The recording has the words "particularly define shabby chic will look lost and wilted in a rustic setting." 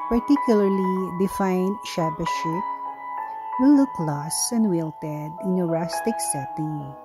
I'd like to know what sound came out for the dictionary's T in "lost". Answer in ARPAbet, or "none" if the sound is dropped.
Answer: none